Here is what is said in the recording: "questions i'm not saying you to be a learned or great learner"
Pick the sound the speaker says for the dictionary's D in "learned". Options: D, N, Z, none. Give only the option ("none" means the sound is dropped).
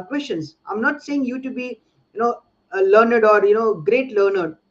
D